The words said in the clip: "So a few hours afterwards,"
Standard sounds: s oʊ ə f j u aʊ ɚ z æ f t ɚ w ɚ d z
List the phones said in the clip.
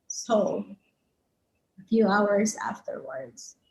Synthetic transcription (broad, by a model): s oʊ ə f j u aʊ ɚ z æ f t ɚ w ɚ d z